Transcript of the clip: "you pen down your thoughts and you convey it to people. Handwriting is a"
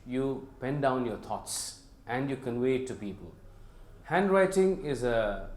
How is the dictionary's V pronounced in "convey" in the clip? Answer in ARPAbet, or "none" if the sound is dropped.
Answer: W